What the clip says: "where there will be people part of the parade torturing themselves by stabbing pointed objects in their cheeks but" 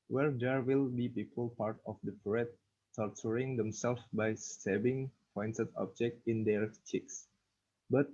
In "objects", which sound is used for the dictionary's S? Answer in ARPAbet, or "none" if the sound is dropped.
none